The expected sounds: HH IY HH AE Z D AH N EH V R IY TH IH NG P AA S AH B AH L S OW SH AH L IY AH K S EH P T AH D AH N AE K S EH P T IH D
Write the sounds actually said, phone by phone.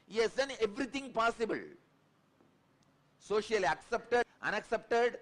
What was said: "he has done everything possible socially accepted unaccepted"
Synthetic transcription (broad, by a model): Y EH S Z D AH N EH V R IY T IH NG P AA S AH B AH L S OW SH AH L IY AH K S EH P T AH AH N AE K S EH P T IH D